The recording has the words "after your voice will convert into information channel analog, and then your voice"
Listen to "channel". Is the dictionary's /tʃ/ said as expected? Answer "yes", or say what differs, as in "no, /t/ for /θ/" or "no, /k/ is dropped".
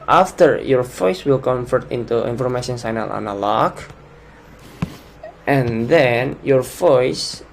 no, /s/ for /tʃ/